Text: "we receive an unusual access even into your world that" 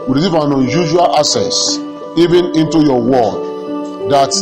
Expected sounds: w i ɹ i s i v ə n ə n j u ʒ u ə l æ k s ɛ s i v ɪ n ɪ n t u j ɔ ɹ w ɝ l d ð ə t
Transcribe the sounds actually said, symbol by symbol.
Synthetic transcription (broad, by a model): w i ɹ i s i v ə n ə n j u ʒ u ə l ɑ s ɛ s i v ɪ n ɪ n t u j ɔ w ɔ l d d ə t